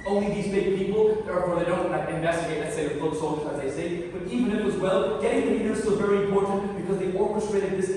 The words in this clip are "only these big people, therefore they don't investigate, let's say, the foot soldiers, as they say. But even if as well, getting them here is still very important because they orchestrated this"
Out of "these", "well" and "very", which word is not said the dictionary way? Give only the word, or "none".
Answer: none